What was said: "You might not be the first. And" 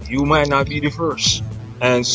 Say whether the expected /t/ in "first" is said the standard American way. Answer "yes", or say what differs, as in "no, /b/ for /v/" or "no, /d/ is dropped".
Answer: no, /t/ is dropped